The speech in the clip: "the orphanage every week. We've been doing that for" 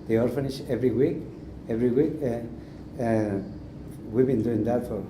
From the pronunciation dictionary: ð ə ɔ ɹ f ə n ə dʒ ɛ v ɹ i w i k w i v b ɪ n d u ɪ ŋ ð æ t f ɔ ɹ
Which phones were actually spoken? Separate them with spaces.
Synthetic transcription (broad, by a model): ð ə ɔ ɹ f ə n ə ʃ ɛ v ɹ i w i k w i w b ɪ n d u ɪ ŋ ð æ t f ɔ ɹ